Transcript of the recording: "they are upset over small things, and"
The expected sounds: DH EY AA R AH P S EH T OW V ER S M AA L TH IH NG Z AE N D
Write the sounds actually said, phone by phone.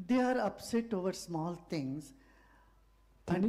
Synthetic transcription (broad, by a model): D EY AA R AH P S EH T OW V ER S M AA L T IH NG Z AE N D